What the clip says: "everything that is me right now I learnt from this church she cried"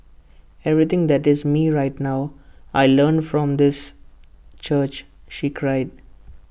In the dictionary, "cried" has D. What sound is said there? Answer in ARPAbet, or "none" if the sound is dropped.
D